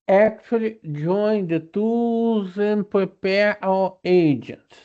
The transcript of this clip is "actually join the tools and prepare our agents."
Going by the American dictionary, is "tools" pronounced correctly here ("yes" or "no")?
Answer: no